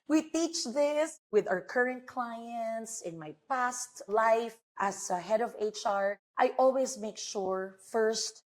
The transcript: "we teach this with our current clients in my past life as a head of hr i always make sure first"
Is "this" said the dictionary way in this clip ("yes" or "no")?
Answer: yes